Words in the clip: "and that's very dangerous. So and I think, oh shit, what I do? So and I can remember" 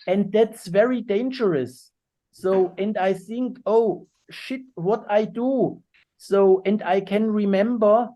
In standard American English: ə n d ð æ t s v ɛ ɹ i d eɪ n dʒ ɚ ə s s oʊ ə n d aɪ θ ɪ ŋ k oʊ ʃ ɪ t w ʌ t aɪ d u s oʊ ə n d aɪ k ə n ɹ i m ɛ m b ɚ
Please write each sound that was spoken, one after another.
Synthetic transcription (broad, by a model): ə n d ð æ t s v ɛ ɹ i d eɪ n dʒ ɚ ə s s oʊ ə n d aɪ θ ɪ ŋ k oʊ ʃ ɪ t w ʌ t aɪ d u s oʊ ə n d aɪ k ə n ɹ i m ɛ m b ɚ